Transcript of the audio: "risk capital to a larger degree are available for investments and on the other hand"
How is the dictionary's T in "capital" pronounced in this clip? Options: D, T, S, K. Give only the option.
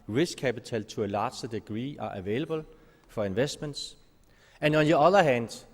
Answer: S